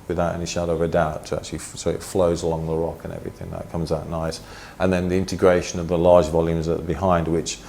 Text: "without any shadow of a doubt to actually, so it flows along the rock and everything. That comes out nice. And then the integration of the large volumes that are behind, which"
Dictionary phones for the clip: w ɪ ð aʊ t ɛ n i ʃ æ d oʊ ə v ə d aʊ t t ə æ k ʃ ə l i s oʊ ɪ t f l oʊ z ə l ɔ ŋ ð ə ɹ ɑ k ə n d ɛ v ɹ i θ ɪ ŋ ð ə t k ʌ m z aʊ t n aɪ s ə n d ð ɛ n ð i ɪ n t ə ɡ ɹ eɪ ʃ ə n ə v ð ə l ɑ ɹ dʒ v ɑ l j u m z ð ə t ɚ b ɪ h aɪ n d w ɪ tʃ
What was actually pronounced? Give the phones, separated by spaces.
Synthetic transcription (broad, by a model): w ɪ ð aʊ t ɛ n i ʃ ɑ d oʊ ə v ə d aʊ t t ə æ k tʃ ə l i s oʊ ɪ t f l oʊ z ə l ɔ ŋ ð ə ɹ ɑ k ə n ɛ v ɹ i θ ɪ ŋ ð ə t k ʌ m z aʊ t n aɪ s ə n ð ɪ n ð i ɪ n t ə ɡ ɹ eɪ ʃ ə n ə v ð ə l ɑ ɹ dʒ v ɑ l j u m z ð ə t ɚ b ɪ h aɪ n d w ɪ tʃ